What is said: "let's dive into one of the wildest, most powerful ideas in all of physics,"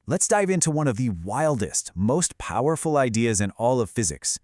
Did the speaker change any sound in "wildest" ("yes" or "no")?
no